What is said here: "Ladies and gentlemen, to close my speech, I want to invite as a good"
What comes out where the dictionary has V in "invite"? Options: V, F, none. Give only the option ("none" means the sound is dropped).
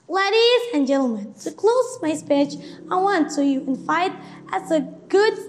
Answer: F